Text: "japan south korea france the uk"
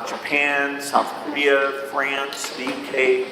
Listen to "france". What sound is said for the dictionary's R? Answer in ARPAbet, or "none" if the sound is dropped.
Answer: R